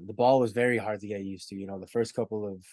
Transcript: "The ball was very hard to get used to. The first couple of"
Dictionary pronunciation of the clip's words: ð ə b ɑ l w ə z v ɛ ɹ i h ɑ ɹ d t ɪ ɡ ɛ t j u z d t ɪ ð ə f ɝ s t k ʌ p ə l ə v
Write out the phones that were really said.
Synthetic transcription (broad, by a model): ð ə b ɑ l w ə z v ɛ ɹ i h ɑ ɹ d t ɪ ɡ ɛ t j u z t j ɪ ð ə f ɝ s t k ʌ p l ə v